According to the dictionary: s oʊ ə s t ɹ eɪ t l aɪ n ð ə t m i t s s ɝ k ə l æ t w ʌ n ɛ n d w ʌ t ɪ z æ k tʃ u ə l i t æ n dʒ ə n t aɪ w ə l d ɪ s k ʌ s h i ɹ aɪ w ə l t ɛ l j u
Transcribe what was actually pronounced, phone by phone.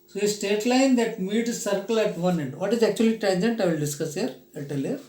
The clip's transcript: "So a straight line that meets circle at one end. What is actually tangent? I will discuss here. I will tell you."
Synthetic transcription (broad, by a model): s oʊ ə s t eɪ t l aɪ n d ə t m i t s s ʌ k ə l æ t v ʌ n ɛ n d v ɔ t ɪ z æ k tʃ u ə l i t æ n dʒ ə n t aɪ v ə l d ɪ s k ʌ s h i ɹ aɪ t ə l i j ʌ